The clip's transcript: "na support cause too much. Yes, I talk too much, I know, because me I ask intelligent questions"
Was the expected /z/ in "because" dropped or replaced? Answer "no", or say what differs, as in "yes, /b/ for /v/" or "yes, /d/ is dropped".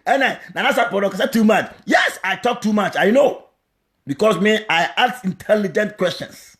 yes, /s/ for /z/